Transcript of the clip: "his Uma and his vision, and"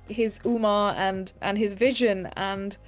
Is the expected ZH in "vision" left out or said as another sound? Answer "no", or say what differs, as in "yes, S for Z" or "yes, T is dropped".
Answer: no